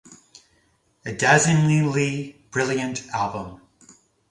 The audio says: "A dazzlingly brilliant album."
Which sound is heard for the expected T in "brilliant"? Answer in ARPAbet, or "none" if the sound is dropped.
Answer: T